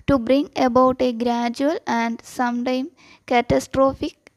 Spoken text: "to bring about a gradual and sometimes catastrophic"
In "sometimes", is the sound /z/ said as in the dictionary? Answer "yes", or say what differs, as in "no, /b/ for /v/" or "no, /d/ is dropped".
no, /z/ is dropped